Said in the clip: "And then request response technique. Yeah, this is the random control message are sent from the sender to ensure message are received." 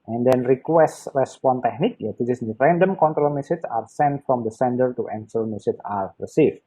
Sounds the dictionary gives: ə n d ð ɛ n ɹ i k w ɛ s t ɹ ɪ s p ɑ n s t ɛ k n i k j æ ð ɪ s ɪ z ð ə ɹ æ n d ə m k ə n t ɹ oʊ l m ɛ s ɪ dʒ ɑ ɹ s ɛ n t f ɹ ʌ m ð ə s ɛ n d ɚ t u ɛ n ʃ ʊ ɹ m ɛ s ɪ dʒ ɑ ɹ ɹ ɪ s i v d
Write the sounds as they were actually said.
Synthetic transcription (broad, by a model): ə n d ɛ n ɹ i k w ɛ s t ɹ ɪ s p ɑ n t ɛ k n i k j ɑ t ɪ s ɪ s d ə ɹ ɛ n d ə m k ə n t ɹ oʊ l m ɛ s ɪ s ɑ ɹ s ɛ n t f ɹ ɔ m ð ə s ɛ n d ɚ t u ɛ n s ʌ l m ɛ s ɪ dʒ ɑ ɹ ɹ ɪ s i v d